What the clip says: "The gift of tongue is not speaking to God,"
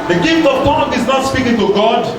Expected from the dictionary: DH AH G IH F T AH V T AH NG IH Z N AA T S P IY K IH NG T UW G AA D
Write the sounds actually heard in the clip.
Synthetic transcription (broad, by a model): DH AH G IH F T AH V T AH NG IH Z N AA T S P IY K IH NG T UW G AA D